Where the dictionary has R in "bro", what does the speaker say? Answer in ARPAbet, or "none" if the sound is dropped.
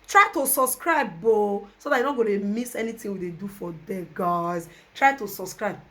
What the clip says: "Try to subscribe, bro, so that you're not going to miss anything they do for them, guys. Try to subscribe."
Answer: none